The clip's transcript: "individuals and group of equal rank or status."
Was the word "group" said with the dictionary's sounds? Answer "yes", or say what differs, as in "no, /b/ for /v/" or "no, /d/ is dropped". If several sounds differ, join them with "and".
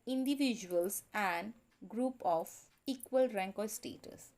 yes